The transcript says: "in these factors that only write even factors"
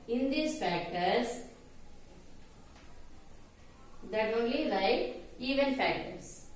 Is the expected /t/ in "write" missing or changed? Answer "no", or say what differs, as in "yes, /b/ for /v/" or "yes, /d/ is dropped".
yes, /t/ is dropped